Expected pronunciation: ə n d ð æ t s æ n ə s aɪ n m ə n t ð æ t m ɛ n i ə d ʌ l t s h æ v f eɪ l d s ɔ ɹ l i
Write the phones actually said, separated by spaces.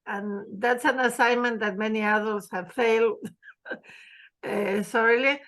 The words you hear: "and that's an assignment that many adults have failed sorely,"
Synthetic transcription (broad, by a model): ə n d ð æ t s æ n ə s aɪ n m ə n t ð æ t m ɛ n i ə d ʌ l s h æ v f eɪ l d s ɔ ɹ l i